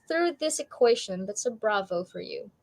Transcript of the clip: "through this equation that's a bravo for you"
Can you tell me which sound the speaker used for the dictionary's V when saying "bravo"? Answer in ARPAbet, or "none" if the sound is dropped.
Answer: V